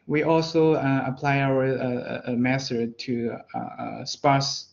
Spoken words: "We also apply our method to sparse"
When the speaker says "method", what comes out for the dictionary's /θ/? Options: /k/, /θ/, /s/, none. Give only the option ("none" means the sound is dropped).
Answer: /s/